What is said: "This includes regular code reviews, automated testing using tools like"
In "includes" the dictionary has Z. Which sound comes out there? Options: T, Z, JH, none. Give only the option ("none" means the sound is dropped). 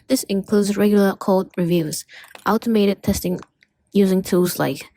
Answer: Z